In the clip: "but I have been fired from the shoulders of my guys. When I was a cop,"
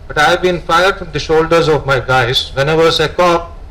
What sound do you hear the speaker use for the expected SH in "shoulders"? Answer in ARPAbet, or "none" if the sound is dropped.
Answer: SH